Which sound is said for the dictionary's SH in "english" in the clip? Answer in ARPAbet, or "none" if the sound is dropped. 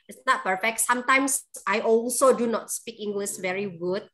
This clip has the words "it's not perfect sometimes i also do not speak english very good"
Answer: S